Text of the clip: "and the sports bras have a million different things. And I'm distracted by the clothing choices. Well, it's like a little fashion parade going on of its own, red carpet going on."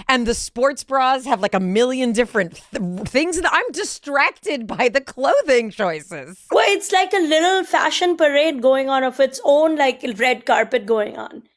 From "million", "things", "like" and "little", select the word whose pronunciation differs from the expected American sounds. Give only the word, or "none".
none